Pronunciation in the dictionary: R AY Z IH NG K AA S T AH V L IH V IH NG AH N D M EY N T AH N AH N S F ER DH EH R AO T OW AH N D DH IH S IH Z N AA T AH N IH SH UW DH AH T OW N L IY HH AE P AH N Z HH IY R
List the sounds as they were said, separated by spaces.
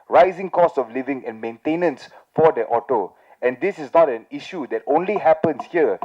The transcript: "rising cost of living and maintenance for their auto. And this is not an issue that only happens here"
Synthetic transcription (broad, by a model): R AY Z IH NG K AA S AH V L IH V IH NG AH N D M EY N T AH N AH N S F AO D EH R AO T OW AH N D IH S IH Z N AA T AH N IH SH UW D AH T OW N L IY HH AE P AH N S HH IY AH